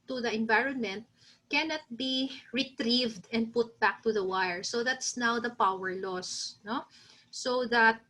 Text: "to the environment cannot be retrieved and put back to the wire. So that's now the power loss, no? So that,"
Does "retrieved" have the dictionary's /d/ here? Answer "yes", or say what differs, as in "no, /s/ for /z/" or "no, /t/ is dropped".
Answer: yes